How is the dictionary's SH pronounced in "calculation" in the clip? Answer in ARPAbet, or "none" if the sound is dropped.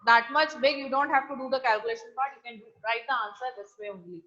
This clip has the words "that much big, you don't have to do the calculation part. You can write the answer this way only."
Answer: SH